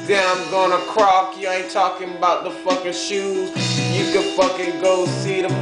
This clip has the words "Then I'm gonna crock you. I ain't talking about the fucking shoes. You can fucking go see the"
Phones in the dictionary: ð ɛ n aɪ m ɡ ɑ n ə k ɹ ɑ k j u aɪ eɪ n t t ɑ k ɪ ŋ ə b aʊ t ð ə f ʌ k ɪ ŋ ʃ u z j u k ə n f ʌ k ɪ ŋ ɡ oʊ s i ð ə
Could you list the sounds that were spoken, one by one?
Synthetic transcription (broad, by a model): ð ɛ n aɪ m ɡ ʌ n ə k ɹ ɑ k j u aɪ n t t ɑ k ɪ ŋ ə b aʊ t ð ə f ʌ k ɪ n ʃ u z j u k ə f ʌ k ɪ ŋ ɡ oʊ s i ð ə